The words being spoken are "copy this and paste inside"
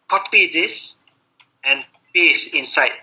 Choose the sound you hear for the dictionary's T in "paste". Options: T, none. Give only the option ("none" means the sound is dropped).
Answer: none